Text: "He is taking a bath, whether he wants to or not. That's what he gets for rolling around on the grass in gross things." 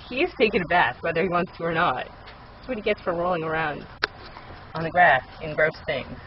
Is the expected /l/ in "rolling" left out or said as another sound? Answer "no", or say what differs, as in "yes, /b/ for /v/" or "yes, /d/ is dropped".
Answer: no